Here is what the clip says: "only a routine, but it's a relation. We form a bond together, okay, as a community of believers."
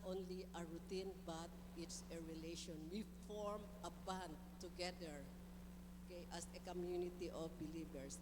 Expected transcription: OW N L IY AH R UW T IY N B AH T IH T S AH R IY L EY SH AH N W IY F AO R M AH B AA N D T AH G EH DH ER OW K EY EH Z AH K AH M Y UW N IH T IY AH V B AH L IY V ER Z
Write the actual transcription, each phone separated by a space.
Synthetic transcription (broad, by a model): OW N L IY AH R UW T IY N B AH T IH T S AH R IY L EY SH AH N W IY F AO R M AH B AA N D T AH G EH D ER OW K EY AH S AH K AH M Y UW N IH T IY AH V B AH L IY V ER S